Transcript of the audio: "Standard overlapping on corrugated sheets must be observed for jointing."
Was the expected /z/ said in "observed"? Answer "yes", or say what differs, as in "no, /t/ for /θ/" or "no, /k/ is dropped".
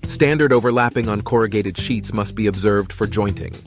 yes